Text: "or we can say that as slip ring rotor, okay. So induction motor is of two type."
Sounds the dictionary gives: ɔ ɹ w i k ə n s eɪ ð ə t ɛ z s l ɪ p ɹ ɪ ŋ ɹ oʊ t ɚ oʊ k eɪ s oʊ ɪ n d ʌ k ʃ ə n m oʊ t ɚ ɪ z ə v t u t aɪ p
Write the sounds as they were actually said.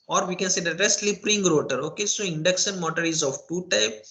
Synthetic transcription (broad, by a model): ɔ ɹ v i k ə n s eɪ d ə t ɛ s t l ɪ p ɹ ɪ ŋ ɹ oʊ t ɚ oʊ k eɪ s oʊ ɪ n d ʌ k s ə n m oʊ t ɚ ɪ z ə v t u t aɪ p